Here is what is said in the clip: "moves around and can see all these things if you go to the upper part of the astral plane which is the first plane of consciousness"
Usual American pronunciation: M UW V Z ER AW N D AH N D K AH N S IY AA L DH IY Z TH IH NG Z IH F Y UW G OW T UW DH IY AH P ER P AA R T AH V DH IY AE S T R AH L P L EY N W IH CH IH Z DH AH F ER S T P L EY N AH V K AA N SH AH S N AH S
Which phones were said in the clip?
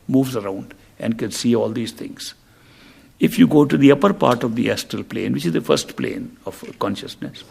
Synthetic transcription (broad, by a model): M UW V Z ER AW N D AH N D K AH N S IY AA L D IY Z T IH NG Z IH F Y UW G OW T UW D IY AH P ER P AA R T AH V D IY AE S T AH L P L EY N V IH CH IH Z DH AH F ER S T P L EY N AH V K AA N SH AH S N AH S